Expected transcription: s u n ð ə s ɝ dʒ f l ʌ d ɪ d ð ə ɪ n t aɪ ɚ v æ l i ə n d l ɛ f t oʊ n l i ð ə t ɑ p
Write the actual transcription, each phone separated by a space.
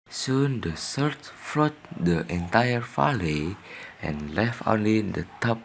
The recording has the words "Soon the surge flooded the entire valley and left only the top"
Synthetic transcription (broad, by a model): s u n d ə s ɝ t f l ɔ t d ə ɪ n t aɪ ɚ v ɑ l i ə n l ɛ f t oʊ n l i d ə t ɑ p